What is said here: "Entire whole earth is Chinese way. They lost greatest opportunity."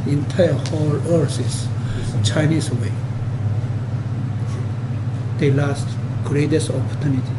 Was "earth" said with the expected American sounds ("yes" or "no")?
no